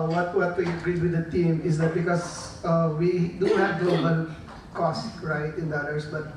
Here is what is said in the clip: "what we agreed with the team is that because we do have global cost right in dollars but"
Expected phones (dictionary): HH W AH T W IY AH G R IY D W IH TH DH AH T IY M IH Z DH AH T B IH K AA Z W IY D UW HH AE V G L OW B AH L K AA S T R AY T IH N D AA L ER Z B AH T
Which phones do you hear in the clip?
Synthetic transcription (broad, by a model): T W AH T W IY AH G R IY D W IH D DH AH T IY M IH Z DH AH T B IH K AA S W IY D UW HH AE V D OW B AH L K AA S T R AY T IH N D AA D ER S B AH T